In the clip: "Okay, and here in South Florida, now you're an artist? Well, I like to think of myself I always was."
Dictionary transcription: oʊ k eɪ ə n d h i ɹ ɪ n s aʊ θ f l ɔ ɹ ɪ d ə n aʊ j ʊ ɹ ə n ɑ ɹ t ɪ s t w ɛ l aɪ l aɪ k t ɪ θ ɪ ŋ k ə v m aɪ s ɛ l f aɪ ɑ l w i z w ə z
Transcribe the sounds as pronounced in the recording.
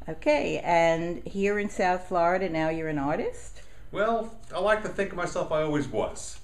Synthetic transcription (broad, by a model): oʊ k eɪ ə n h i ɹ ɪ n s aʊ θ f l ɔ ɹ ɪ d ə n aʊ j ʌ ɹ ə n ɑ ɹ t ɪ s t w ɛ l aɪ l aɪ k t ɪ θ ɪ ŋ k ə v m aɪ s ɛ l f aɪ ɑ l w i z w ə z